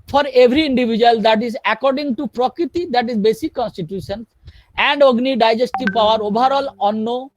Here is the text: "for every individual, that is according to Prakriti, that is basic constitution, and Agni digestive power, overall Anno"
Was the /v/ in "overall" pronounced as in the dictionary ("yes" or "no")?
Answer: no